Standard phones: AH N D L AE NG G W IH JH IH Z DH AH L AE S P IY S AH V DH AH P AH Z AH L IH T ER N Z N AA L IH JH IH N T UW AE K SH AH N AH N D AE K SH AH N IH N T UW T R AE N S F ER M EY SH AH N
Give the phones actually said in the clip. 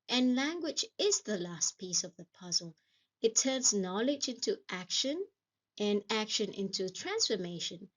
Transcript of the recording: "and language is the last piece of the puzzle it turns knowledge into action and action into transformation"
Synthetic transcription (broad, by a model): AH N L AE NG G W IH JH IH Z DH AH L AE S P IY S AH V DH AH P AH Z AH L IH T ER N Z N AA L IH JH IH N T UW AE K SH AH N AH N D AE K SH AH N IH N T UW T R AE N S F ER M EY SH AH N